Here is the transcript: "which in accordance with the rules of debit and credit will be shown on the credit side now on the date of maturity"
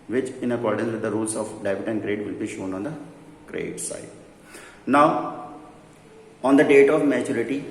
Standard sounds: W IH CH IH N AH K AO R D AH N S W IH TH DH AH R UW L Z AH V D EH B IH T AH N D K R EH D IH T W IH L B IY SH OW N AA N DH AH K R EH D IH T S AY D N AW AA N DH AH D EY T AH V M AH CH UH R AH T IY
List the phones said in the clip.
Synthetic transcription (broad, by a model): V IH CH IH N AH K AO R D AH N S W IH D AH R UW L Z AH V D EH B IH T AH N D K R EH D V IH L B IY SH OW N AA N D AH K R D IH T S AY D N AW AA N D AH D EY T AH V M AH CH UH R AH T IY